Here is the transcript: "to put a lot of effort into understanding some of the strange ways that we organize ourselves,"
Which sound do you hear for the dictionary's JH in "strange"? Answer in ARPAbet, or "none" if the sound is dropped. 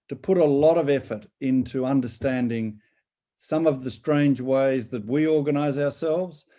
JH